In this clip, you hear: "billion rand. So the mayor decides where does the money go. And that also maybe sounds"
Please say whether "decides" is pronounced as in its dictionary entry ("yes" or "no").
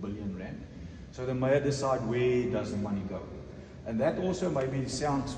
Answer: no